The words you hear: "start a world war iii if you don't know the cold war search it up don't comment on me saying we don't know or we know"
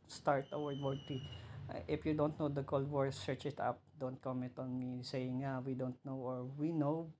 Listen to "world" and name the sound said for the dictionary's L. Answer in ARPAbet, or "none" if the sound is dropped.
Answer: none